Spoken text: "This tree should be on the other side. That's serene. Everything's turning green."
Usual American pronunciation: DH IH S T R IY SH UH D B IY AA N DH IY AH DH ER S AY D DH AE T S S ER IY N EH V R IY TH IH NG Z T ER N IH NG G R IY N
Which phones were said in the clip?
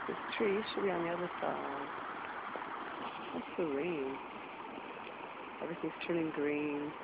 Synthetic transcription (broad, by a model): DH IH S T R IY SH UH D B IY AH N DH IY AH DH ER S AY D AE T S S ER IY N EH V R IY TH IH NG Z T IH L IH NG G R IY N